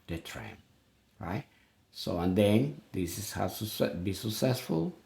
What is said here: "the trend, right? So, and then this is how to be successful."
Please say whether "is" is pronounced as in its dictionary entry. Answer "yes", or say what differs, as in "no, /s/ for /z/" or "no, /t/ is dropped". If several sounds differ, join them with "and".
no, /s/ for /z/